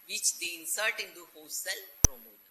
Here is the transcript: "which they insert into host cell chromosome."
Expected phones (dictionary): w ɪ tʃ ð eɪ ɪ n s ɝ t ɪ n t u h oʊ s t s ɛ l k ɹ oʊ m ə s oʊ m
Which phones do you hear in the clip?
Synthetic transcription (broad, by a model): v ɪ tʃ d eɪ ɪ n s ɝ t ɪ n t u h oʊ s s ɛ l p ɹ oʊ m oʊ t